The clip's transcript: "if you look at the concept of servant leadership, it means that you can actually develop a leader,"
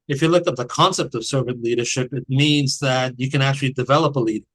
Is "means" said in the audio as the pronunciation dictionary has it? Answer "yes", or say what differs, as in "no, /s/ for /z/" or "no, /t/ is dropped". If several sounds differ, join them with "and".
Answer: yes